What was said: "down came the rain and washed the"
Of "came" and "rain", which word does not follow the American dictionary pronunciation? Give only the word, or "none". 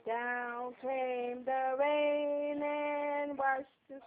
rain